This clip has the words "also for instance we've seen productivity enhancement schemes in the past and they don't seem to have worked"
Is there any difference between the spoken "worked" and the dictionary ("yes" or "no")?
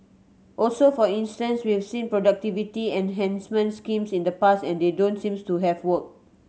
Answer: yes